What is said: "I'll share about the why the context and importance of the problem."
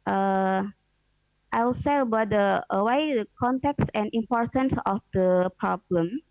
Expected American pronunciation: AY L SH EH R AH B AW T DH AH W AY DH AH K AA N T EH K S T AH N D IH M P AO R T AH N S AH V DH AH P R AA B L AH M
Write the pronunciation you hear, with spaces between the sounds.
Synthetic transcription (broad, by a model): AY L S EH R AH B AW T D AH W AY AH K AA N T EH K S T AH N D IH M P AO R T AH N S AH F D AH P R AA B L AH M